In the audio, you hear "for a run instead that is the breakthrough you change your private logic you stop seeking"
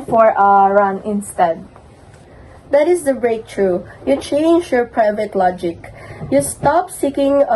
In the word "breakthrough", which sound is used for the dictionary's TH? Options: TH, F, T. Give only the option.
T